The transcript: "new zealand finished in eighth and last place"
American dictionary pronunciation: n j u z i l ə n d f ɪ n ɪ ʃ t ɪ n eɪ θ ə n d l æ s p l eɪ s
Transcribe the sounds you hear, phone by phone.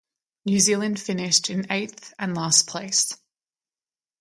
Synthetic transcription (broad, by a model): n j u z i l ə n d f ɪ n ɪ ʃ t ɪ n eɪ θ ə n l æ s p l eɪ s